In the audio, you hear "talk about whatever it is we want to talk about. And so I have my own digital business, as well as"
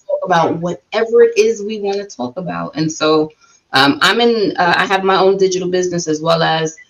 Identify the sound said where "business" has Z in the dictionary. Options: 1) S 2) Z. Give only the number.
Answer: 2